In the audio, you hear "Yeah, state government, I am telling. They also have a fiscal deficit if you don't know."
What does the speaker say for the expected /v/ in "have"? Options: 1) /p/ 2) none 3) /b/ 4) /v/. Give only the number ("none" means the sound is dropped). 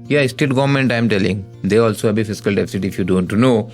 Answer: 3